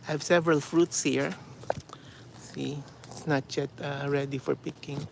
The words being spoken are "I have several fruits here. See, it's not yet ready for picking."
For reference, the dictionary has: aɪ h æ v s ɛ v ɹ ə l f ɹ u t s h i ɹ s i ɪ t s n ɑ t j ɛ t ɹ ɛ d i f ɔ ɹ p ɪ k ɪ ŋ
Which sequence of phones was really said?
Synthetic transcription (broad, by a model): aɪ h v s ɛ v ɹ ə l f ɹ u t s h i ɹ s i ɪ t s n ɑ t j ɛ t ɹ ɛ d i f ɔ ɹ p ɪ k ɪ ŋ